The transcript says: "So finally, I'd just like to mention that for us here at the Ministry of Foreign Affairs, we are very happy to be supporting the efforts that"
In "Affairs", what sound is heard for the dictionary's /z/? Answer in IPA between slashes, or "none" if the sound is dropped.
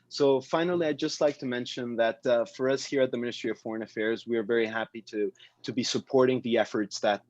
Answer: /z/